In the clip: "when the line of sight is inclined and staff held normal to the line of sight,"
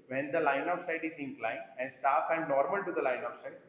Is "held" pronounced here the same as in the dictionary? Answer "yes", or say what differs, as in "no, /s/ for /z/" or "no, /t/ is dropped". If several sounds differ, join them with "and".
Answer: no, /l/ is dropped